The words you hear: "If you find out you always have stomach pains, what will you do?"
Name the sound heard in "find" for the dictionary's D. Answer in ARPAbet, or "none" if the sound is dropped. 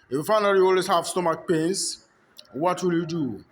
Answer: none